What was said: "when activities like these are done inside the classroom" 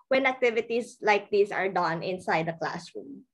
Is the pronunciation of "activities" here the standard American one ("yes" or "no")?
no